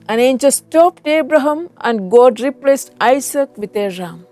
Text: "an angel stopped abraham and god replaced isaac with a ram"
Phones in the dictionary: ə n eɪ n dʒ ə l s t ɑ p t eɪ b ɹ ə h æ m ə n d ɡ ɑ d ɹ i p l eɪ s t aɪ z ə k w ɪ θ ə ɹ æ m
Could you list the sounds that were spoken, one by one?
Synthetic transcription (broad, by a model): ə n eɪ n tʃ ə s t ɑ p t eɪ b ɹ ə h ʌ m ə n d ɡ ɑ d ɹ i p l eɪ s t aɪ s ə k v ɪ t ə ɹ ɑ m